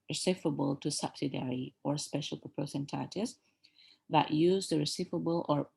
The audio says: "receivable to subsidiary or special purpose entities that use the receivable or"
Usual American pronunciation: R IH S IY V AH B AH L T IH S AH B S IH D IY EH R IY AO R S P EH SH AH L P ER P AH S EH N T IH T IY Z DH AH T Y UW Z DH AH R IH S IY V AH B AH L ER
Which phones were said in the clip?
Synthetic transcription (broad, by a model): R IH S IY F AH B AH L T IH S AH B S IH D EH R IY AO R S P EH SH AH L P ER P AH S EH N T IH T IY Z DH AH T Y UW Z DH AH R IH S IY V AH B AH L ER